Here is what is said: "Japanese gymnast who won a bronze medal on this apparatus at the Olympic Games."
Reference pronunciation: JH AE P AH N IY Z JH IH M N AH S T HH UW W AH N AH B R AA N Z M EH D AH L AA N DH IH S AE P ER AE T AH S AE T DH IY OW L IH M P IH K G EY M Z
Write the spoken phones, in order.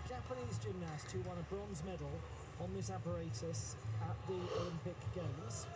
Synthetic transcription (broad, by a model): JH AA P AH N IY Z JH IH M N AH S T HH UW W AH N AH B R AA N Z M EH D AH L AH N DH IH S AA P ER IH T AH S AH T DH IY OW L IH M P IH K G EY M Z